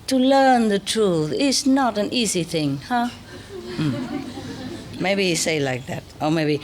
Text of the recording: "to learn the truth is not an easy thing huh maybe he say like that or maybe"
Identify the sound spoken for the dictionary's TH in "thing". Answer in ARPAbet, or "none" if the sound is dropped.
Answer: TH